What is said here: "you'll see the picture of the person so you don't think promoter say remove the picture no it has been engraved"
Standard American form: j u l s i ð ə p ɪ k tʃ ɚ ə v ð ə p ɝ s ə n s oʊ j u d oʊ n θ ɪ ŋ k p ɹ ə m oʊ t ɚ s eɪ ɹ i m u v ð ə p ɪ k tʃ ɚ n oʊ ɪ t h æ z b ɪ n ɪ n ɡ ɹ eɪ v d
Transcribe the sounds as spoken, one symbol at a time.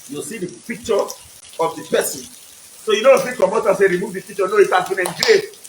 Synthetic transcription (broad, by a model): j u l s i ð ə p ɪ k tʃ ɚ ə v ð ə p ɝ s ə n s oʊ j u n oʊ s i k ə m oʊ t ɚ s eɪ ɹ i m u v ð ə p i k tʃ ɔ n oʊ ɪ t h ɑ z b ɪ n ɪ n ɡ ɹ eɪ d